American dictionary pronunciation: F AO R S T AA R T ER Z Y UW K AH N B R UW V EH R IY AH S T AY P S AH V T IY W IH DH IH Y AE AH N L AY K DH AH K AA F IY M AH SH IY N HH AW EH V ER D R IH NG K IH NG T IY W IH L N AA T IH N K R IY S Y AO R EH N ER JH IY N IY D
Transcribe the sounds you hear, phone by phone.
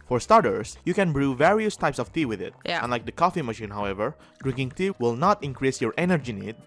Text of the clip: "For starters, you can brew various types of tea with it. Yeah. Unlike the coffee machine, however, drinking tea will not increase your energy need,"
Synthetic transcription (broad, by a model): F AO R S T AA R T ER S Y UW K AH N B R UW V EH R IY AH S T AY P S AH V T IY W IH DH IH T AH N L AY K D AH K AA F IY M AH SH IY N HH AW EH V ER D R IH NG K IH NG T IY W IH L N AA T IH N K R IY S Y AO R EH N ER JH IY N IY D